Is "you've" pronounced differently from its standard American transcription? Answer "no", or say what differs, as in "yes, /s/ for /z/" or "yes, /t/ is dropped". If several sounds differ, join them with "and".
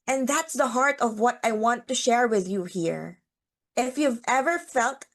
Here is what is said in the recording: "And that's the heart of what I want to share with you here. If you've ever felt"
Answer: no